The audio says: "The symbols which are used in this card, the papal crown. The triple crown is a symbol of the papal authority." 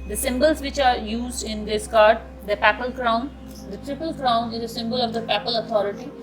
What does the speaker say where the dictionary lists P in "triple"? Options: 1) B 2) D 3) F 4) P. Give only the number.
4